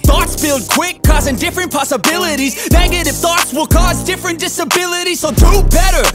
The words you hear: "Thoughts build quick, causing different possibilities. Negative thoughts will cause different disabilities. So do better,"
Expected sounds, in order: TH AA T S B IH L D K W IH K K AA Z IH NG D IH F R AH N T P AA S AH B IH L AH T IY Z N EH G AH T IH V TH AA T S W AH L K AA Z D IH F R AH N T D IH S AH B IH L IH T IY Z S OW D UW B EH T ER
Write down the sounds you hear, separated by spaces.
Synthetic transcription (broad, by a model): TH AA T S B IH L D K W IH K K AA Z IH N D IH F R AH N P AA S AH B IH L AH T IY Z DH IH G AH T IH F TH AA T S W AH L K AA Z D IH F R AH N D IH S AH B IH L IH T IY Z S OW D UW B EH T ER